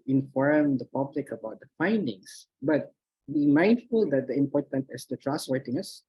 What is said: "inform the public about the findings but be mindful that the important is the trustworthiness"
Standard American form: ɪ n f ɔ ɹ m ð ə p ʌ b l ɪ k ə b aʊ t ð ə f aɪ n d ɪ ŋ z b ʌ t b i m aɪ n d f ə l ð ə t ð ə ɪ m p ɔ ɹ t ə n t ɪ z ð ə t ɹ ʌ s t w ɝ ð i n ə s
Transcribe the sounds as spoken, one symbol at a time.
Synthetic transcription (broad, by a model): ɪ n f ɔ ɹ m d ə p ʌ b l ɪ k ə b aʊ t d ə f aɪ n d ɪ ŋ s b ʌ t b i m aɪ n d f ə l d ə t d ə ɪ m p ɔ ɹ t ə n t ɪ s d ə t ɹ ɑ s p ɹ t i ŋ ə s